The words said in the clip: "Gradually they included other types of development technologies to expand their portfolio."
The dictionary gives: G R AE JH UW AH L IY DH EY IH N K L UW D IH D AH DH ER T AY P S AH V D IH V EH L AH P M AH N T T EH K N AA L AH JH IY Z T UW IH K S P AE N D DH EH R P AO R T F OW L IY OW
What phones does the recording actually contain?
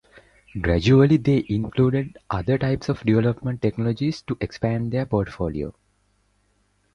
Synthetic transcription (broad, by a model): G R AE JH UW AH L IY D EY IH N K L UW D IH D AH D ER T AY P S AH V D IH V EH L AH P M AH N T T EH K N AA L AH JH IY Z T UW IH K S P AE N D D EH R P AO R T F OW L IY OW